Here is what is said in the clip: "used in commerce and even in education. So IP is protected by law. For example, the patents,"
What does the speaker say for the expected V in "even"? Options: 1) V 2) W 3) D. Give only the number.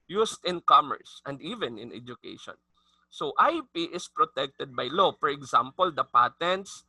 1